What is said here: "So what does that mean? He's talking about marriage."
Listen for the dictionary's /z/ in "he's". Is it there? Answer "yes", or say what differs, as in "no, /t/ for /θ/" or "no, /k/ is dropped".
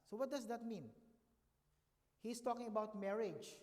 no, /s/ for /z/